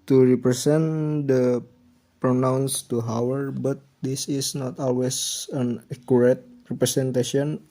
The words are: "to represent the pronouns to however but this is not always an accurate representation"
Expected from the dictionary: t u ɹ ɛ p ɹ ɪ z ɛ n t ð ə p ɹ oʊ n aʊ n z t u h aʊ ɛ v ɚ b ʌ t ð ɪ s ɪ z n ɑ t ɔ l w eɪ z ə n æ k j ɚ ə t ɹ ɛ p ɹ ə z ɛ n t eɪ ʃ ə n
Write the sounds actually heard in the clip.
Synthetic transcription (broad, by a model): t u ɹ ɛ p ɹ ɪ s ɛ n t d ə p ɹ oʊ n aʊ n s t u h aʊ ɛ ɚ b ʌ t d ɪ s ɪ s n ɑ t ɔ l w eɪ s ə n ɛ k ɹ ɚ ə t ɹ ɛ p ɹ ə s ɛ n t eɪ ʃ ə n